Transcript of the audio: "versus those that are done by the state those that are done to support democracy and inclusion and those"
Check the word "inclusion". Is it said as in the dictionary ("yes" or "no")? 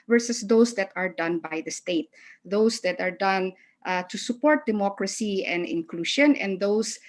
no